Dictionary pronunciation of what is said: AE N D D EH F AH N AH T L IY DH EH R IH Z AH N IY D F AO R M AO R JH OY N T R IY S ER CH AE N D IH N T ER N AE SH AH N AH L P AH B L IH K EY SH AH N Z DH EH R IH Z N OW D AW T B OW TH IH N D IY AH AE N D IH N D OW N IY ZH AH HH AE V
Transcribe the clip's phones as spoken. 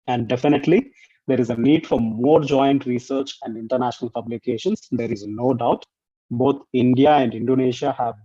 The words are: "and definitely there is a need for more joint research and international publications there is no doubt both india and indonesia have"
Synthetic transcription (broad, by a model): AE N D D EH F AH N AH T L IY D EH R IH Z AH N IY D F AO R M AO R JH OY N T R IY S ER CH AE N D IH N T ER N AE SH AH N AH L P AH B L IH K EY SH AH N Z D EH R IH Z N OW D AW T B OW T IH N D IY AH AE N D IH N D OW N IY SH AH HH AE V